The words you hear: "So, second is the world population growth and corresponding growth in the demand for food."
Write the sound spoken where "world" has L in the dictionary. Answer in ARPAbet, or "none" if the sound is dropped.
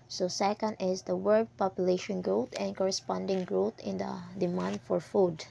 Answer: none